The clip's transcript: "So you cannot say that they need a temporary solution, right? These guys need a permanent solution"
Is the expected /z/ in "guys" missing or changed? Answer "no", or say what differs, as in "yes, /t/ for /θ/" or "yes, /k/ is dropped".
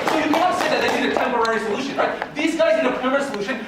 no